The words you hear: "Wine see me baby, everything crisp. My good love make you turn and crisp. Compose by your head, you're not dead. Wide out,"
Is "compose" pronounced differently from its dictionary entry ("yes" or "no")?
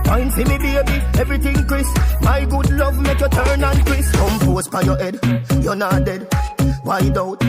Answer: yes